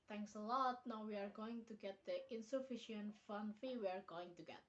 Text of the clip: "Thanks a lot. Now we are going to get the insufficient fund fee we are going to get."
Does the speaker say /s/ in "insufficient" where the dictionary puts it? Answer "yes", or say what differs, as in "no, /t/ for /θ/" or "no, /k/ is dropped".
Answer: yes